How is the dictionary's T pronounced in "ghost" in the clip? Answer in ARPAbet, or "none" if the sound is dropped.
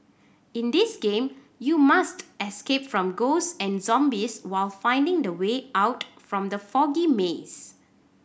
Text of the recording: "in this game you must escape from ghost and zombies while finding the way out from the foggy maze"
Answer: none